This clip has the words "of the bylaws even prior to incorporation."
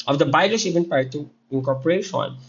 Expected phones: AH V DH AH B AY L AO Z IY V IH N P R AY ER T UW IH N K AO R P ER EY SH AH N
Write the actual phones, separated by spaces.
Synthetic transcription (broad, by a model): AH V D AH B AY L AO S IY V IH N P AY T UW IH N K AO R P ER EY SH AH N